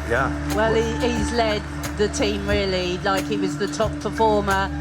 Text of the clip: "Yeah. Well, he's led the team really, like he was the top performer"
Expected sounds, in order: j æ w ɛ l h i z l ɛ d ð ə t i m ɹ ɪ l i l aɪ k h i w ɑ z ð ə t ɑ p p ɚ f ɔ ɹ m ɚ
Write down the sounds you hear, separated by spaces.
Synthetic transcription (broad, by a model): j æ w ɛ l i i z l ɛ d ð ə t i m ɹ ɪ l i l aɪ k h i w ɑ z ð ə t ɑ p p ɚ f ɔ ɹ m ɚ